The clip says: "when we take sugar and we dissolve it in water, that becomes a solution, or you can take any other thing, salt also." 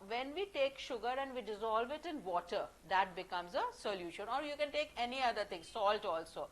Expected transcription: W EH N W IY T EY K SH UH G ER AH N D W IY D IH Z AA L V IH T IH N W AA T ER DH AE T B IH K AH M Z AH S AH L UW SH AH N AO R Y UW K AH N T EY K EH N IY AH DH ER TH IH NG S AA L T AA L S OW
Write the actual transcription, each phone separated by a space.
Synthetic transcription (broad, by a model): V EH N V IY T EY K SH UH G ER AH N D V IY D IH Z AA L V IH T IH N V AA T ER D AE T B IH K AH M Z AH S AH L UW SH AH N AO R Y UW K AH N T EY K EH N IY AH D ER T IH NG S AA L T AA L S OW